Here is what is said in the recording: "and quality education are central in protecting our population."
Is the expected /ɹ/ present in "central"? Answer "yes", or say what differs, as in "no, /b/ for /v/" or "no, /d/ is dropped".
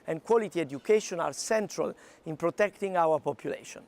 yes